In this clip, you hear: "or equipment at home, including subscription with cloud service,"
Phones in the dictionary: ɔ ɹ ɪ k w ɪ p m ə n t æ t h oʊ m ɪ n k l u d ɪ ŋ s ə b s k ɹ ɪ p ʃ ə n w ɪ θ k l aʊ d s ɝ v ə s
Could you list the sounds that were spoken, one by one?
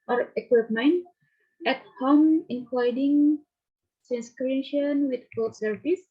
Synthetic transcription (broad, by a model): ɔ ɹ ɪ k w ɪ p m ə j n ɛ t h oʊ m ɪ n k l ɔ d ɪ ŋ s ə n s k ɹ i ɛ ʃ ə n w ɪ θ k ɔ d s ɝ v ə s